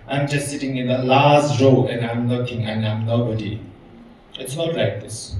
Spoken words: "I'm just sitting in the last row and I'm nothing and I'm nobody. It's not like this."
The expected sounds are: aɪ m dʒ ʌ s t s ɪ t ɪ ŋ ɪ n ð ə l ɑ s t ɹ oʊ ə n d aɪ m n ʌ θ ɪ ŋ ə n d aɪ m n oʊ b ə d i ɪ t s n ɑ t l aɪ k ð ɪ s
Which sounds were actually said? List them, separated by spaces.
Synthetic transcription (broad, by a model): aɪ m dʒ ʌ s t s ɪ t ɪ ŋ ɪ n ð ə l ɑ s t ɹ oʊ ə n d aɪ m l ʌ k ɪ ŋ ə n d aɪ m n oʊ b ə d i ɪ t s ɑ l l aɪ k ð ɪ s